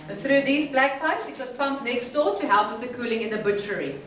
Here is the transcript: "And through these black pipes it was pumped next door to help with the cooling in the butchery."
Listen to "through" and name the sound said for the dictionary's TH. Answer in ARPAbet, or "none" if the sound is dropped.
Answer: TH